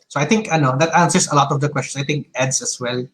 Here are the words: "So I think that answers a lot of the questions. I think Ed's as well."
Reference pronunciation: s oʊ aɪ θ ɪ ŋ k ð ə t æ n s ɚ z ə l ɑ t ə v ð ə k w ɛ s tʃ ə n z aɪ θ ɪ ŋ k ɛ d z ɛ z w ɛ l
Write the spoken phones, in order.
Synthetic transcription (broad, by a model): s oʊ aɪ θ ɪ ŋ k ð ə t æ n s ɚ s ə l ɑ t ə v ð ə k w ɛ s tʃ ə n s aɪ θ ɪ ŋ k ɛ d s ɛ s w ɛ l